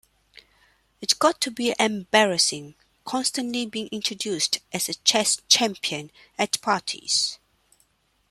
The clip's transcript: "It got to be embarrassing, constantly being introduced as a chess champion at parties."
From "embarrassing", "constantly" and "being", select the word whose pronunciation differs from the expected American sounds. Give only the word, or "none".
none